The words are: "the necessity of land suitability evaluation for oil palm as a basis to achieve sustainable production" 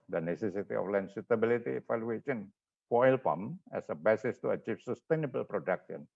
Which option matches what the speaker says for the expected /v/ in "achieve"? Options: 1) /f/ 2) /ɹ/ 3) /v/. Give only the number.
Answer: 1